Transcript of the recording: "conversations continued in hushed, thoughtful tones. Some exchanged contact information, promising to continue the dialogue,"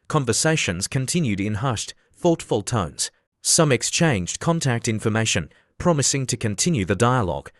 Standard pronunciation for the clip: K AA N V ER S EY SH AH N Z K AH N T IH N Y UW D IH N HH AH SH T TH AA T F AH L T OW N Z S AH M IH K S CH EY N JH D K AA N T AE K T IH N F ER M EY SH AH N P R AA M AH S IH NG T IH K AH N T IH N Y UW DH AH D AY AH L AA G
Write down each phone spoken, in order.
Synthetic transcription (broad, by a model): K AA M V ER S EY SH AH N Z K AH N T IH N Y UW D IH N HH AH SH T TH AA T F AH L T OW N Z S AH M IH K S CH EY N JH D K AA N T AE K T IH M F ER M EY SH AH N P R AA M AH S IH NG T IH K AH N T IH N Y UW DH AH D AY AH L AA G